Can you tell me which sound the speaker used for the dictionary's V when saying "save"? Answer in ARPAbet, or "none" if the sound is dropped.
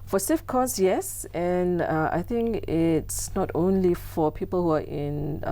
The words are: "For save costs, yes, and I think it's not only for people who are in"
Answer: F